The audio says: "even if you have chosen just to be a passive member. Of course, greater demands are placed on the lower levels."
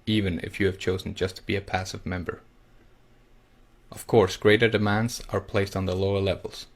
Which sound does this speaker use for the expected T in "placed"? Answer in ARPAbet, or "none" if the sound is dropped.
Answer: T